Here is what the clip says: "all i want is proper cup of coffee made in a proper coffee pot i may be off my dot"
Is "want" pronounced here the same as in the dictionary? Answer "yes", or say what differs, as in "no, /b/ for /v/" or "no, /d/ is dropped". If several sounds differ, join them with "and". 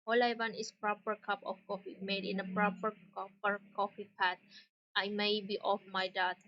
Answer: no, /t/ is dropped